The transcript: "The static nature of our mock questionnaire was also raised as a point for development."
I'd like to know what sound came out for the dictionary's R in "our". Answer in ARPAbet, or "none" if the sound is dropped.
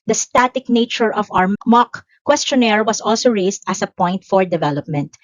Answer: W